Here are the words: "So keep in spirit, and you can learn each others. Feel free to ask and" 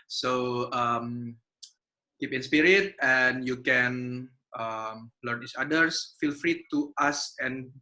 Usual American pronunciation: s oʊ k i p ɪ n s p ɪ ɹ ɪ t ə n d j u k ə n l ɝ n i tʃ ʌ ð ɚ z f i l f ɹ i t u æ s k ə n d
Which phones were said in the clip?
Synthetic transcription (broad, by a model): s oʊ k i p ɪ n s p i ɹ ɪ t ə n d j u k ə n l ɝ n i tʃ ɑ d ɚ s f i l f ɹ i t u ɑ s ə n